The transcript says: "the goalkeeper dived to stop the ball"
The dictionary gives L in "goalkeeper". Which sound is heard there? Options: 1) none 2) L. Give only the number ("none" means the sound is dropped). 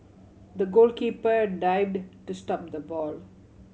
2